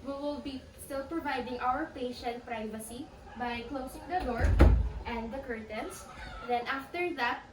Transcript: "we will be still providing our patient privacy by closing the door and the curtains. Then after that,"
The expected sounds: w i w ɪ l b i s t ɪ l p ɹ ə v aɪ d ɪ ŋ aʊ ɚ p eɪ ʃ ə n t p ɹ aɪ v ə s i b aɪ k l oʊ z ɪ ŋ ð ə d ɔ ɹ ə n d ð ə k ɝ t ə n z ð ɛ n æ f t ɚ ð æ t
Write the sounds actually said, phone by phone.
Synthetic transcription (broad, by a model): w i w ɪ l b i s t ɪ l p ɹ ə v aɪ d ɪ ŋ aʊ ɚ p eɪ ʃ ə n t p ɹ aɪ v ə s i b aɪ k l oʊ s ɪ ŋ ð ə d ɔ ɹ ə n d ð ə k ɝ t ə n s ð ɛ n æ f t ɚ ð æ t